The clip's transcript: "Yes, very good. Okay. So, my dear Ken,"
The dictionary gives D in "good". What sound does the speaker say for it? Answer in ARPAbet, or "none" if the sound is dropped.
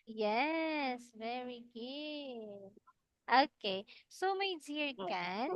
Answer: none